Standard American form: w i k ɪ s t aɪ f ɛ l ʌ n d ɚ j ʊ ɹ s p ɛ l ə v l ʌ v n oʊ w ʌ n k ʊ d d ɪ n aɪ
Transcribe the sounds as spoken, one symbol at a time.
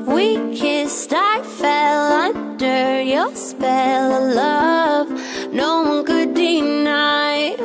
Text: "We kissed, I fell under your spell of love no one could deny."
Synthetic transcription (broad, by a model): w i k ɪ s t aɪ f ɛ l ʌ n d ɚ j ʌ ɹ s p ɛ l l ʌ v n oʊ w ʌ n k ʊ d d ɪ n aɪ